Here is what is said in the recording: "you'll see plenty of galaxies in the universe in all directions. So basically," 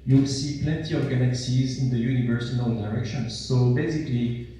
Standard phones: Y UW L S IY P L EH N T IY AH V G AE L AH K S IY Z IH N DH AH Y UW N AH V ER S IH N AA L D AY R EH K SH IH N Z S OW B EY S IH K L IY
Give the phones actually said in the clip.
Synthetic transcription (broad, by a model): Y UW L S IY P L EH N T IY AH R G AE N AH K S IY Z IH N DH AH Y UW N AH V ER S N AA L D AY R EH K SH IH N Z S OW B EY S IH K L IY